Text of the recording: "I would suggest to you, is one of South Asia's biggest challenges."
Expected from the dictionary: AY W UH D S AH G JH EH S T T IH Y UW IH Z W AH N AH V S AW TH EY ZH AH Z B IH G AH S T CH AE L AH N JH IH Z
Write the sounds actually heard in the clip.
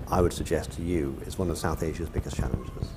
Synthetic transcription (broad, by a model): AY W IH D S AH G JH EH S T T IH Y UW IH Z W AH N AH V S AW TH EY ZH AH Z B IH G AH S CH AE L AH N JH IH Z